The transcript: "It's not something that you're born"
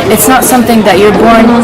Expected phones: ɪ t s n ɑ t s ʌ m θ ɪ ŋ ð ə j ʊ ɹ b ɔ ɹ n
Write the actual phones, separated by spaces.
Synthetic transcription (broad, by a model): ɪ t s n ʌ t s ʌ m θ ɪ ŋ ð ə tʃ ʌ ɹ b ɔ ɹ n